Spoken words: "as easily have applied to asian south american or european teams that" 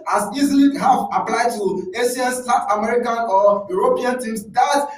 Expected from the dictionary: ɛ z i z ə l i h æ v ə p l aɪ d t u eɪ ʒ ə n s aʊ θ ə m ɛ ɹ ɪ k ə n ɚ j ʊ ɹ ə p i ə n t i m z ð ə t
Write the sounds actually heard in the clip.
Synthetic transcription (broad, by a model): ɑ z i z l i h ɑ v ə p l aɪ d t u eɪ ʃ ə n s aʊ t ə m ɛ ɹ ɪ k ə n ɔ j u ɹ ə p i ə n t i m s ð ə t